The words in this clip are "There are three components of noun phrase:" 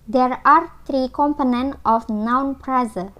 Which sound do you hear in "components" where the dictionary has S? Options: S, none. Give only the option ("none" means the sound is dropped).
none